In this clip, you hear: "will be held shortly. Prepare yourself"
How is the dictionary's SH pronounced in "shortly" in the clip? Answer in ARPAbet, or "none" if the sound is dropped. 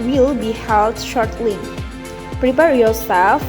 SH